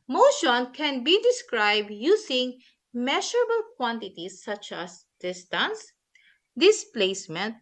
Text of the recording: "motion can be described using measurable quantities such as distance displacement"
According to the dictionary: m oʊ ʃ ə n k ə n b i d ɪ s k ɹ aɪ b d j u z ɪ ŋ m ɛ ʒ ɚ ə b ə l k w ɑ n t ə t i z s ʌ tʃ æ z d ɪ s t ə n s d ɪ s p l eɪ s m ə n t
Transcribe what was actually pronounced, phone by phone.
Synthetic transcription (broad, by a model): m oʊ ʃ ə n k ə n b i d ɪ s k ɹ aɪ b d j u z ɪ ŋ m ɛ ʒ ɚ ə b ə l k w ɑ n t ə t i s ʌ tʃ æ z d ɪ s t ə n s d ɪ s p l eɪ s m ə n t